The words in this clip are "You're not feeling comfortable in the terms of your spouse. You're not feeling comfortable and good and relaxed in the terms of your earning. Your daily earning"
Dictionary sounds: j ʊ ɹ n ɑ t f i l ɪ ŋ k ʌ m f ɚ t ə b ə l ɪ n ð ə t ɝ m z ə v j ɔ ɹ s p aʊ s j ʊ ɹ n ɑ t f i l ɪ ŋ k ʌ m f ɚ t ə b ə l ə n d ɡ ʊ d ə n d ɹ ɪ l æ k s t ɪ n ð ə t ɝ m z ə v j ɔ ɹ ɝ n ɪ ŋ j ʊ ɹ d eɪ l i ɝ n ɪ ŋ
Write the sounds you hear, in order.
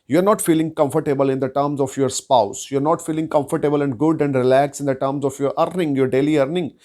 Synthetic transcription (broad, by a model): j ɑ ɹ n ɑ t f i l ɪ ŋ k ʌ m f ɚ t ə b ə l ɪ n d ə t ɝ m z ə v j ɔ ɹ s p aʊ s j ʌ ɹ n ɑ t f i l ɪ ŋ k ʌ m f ɚ t ə b ə l ə n d ɡ ʊ d ə n d ɹ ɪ l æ k s ɪ n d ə t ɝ m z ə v j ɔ ɹ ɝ n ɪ ŋ j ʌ ɹ d eɪ l i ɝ n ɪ ŋ